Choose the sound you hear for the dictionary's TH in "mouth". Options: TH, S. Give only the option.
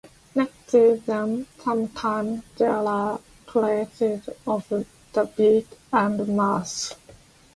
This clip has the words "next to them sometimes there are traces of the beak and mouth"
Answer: S